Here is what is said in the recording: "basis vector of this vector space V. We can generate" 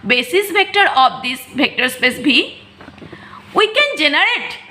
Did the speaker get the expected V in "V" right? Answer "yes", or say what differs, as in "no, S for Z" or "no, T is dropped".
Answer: no, B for V